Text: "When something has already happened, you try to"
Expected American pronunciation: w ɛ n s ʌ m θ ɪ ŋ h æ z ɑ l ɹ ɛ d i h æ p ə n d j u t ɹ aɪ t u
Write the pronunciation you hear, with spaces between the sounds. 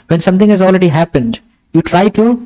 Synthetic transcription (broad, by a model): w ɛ n s ʌ m t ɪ ŋ h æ z ɑ l ɹ ɛ d i h æ p ə n d j u t ɹ aɪ t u